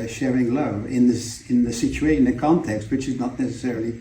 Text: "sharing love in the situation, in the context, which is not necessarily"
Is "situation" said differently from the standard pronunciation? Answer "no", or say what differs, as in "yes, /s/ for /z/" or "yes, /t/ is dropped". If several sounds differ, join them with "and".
yes, /ʃ/ is dropped